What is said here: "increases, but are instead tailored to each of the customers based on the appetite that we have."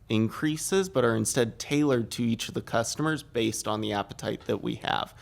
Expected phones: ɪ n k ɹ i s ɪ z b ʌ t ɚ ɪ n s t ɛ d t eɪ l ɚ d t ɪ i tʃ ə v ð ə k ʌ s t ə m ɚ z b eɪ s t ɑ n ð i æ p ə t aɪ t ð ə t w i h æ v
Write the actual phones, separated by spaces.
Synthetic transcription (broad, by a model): ɪ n k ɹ i s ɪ z b ʌ t ɚ ɪ n s t ɛ d t eɪ l ɚ d t ɪ i tʃ ə v ð ə k ʌ s t ə m ɚ z b eɪ s t n ð i æ p ə t aɪ t ð ə t w i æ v